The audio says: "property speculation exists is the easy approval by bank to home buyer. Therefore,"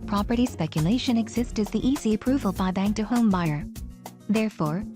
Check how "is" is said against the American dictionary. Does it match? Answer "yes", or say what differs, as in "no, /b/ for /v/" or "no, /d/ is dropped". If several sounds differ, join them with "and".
yes